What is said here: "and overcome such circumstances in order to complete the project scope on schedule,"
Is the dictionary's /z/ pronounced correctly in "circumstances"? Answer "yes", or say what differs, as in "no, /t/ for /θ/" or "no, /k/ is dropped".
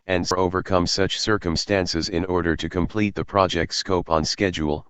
yes